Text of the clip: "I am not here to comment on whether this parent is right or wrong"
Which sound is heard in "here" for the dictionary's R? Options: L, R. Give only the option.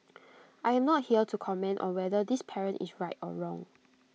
L